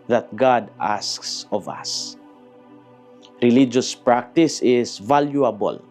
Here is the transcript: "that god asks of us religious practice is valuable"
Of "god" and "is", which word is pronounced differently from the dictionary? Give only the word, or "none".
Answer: is